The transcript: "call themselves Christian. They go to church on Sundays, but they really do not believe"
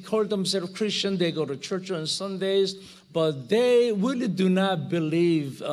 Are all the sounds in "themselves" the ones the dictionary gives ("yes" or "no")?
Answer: no